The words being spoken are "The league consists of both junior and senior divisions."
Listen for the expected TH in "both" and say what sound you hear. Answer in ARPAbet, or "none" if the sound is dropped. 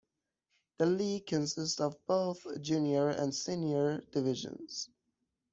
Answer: TH